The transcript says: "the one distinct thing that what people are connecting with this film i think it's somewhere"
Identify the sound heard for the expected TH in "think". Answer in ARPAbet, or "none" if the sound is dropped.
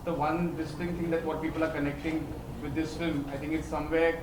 T